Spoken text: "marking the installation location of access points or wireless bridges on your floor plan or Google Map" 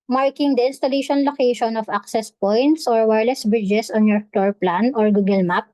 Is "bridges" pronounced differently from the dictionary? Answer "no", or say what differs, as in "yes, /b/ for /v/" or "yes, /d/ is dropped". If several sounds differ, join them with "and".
yes, /s/ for /z/